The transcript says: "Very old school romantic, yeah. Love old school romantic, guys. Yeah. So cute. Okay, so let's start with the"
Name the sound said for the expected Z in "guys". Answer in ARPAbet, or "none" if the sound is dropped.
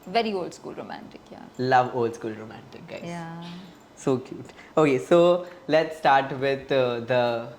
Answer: none